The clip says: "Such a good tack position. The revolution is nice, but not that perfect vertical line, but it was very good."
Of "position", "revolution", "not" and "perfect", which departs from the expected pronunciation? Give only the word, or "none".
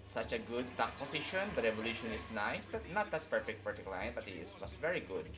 position